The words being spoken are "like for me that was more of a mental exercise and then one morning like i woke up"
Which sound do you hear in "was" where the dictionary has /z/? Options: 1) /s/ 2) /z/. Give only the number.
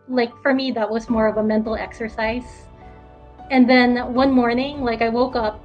2